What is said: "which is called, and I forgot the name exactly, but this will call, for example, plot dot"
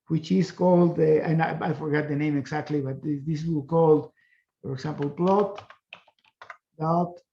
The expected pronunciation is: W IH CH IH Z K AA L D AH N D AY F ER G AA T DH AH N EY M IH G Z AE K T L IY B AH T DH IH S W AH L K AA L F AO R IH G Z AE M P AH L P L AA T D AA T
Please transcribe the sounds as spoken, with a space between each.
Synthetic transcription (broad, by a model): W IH CH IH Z K AA L D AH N AY F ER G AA T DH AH N EY M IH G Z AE K T L IY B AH T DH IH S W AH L K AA L F AO R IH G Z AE M P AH L P L AA T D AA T